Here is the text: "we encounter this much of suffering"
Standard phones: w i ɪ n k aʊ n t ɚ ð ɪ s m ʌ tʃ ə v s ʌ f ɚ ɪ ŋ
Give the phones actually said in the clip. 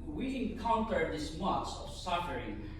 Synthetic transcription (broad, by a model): w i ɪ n k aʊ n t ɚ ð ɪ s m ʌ s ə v s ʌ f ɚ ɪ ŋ